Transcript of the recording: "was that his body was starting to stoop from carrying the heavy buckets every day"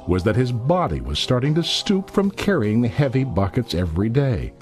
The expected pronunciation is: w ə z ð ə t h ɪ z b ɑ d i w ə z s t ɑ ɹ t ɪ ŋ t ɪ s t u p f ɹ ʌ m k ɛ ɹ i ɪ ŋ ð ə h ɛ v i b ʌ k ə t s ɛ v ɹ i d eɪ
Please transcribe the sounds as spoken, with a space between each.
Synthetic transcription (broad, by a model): w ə z ð ə t h ɪ z b ɑ d i w ə z s t ɑ ɹ t ɪ ŋ t ɪ s t u p f ɹ ʌ m k ɛ ɹ i ɪ ŋ ð ə h ɛ v i b ʌ k ə t s ɛ v ɹ i d eɪ